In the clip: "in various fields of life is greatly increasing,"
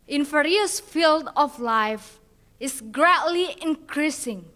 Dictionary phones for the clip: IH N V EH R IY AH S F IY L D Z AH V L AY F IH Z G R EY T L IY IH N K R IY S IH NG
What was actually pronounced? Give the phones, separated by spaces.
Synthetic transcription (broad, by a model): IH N F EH R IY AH S F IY L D AH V L AY F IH S G R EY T L IY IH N K R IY S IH NG